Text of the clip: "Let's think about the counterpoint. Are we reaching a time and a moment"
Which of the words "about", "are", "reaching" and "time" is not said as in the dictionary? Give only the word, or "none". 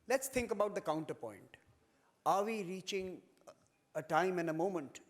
none